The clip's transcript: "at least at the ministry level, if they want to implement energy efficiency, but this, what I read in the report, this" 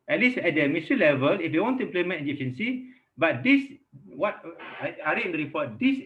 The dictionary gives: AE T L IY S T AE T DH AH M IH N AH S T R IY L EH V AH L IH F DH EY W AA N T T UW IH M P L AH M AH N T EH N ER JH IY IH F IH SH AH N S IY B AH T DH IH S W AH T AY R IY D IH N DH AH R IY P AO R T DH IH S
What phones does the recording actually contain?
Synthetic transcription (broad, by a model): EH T L IY S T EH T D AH M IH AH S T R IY L EH V AH L IH F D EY W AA N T T UW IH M P L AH M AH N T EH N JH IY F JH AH N S IY B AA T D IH S W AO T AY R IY IH N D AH R IY P AO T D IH S